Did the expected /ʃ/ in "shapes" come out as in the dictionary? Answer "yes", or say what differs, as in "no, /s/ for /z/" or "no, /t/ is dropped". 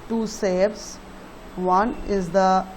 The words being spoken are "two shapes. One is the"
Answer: no, /s/ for /ʃ/